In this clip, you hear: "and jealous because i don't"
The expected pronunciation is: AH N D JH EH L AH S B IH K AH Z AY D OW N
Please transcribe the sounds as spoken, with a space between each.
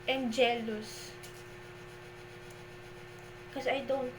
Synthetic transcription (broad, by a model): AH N JH EH L AH S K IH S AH AY D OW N